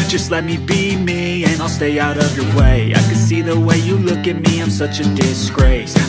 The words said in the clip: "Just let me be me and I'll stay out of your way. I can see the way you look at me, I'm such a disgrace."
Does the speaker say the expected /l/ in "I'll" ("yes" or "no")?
yes